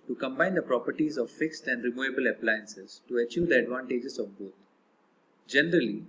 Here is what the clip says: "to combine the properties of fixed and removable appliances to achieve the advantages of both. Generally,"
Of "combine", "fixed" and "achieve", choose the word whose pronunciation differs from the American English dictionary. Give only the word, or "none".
none